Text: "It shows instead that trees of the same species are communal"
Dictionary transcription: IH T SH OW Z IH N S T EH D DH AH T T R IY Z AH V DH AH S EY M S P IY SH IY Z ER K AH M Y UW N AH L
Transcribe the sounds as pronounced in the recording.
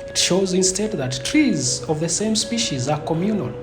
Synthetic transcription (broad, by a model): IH T SH OW Z IH N S T EH D DH AH T T R IY Z AH V DH AH S EY M S P IY SH IY Z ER K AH M Y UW N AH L